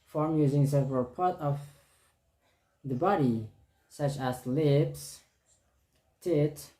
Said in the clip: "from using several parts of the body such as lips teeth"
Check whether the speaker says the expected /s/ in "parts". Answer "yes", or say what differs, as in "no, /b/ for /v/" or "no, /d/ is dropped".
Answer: no, /s/ is dropped